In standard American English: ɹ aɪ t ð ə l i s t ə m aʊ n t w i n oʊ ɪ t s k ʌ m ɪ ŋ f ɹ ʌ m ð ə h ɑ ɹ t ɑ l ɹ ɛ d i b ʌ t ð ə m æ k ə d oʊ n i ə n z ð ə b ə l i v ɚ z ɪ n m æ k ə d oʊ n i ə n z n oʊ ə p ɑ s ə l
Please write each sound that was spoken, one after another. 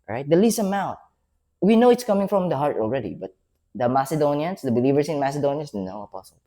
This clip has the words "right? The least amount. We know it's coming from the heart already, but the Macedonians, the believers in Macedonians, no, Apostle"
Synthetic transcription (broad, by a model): ɹ aɪ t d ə l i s ə m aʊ t w i n oʊ ɪ t s k ʌ m ɪ ŋ f ɹ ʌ m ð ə h ɑ ɹ t ɑ l ɹ ɛ d i b ʌ t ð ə m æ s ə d oʊ n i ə n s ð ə b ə l i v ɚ s ɪ n m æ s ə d oʊ n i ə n s n oʊ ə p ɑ s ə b